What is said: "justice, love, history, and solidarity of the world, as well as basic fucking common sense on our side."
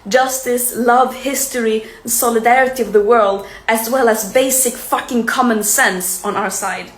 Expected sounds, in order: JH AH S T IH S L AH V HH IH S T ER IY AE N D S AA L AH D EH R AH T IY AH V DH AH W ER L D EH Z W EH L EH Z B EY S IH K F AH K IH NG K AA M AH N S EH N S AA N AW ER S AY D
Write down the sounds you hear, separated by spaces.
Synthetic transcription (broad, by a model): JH AH S T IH S L AH V HH IH S T ER IY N S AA L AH D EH R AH T IY AH V DH AH W ER L D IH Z W EH L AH Z B EY S IH K F AH K IH NG K AA M AH N S EH N S N AW ER S AY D